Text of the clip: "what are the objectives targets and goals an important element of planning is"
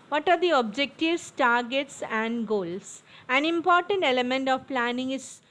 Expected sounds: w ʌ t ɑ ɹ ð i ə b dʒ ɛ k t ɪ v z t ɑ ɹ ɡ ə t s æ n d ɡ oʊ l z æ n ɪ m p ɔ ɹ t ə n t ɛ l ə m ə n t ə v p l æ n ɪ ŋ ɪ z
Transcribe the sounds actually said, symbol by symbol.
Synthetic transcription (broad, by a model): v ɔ t ɑ ɹ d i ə b dʒ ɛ k t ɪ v s t ɑ ɹ ɡ ə t s æ n d ɡ oʊ l s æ n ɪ m p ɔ ɹ t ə n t ɛ l ə m ə n t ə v p l æ n ɪ ŋ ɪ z